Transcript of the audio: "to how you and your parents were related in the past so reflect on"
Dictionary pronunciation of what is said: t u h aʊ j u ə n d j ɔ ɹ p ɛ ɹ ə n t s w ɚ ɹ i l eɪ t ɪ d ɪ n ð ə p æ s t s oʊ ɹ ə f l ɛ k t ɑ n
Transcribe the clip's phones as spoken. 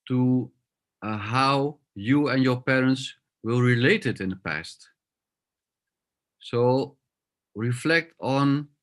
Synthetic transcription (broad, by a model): t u h aʊ j u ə n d j ɔ ɹ p ɛ ɹ ə n t s w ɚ ɹ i l eɪ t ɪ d ɪ n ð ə p æ s t s oʊ ɹ ə f l ɛ k t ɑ n